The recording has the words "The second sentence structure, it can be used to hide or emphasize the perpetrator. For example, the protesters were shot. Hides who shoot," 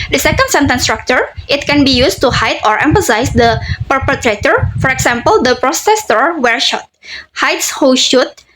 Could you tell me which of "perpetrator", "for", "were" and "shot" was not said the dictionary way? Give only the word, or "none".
none